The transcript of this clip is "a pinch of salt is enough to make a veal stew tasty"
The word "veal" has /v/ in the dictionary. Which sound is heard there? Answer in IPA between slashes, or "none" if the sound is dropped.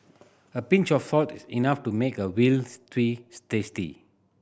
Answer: /w/